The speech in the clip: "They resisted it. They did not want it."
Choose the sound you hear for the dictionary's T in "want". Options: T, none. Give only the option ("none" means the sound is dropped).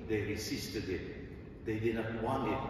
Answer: none